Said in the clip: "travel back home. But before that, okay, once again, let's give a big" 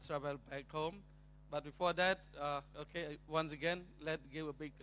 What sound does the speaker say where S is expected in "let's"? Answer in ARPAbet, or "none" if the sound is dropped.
none